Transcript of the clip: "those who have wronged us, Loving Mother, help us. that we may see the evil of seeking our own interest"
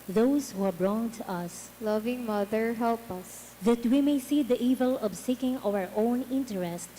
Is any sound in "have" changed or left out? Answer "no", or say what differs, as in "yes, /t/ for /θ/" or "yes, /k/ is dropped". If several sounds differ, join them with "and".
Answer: yes, /b/ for /v/